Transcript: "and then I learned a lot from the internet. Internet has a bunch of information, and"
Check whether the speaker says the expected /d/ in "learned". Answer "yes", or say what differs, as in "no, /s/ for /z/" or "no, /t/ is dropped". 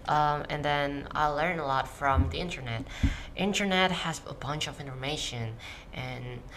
no, /d/ is dropped